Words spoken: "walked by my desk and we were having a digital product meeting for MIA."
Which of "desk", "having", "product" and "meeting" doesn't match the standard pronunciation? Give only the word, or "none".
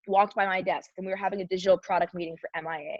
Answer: none